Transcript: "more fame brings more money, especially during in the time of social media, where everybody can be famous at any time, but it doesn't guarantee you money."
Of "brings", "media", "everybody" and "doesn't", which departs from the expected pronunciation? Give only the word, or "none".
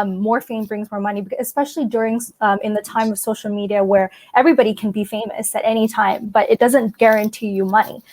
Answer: none